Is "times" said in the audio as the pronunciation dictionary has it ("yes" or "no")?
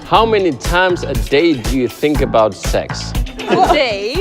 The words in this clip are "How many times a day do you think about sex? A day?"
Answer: yes